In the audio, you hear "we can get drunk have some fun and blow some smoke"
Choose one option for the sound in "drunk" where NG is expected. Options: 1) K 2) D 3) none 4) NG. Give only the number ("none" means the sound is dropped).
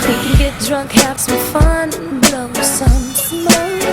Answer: 4